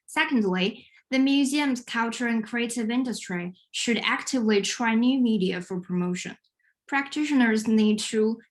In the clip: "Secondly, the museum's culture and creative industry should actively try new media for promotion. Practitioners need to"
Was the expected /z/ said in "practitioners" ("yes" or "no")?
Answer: yes